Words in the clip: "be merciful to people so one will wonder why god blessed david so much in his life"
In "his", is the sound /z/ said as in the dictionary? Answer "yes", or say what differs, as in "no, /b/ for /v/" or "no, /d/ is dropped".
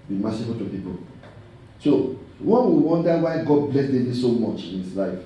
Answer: no, /s/ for /z/